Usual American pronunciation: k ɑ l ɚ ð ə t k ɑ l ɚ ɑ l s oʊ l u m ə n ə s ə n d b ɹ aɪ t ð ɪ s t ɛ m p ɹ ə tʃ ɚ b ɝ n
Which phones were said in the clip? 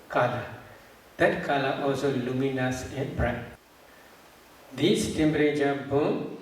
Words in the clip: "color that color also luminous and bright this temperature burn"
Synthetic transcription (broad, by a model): k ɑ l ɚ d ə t k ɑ l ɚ ɑ l s oʊ l u m ə n ə s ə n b ɹ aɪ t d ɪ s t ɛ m b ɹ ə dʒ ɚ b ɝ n